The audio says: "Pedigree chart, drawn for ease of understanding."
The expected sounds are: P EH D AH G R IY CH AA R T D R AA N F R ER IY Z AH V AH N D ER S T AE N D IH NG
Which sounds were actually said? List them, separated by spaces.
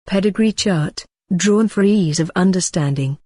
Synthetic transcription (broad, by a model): P EH D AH G R IY CH AA R T D R AA N F R ER IY Z AH V AH N D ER S T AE N D IH NG